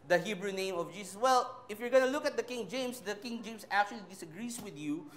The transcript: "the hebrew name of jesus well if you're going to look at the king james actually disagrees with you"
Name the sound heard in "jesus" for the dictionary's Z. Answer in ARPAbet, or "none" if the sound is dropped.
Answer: S